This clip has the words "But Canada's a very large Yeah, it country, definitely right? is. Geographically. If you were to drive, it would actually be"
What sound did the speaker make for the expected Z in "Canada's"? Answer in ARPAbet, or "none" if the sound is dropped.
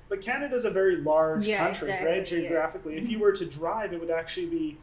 Z